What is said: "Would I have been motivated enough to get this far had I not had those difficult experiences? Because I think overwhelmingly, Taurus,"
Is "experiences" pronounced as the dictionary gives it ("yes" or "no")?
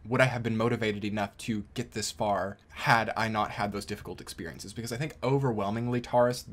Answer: yes